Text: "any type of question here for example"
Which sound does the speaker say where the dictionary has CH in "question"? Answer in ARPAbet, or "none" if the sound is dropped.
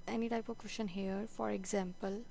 SH